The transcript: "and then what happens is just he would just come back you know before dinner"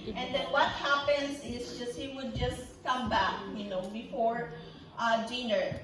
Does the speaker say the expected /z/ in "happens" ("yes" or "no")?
no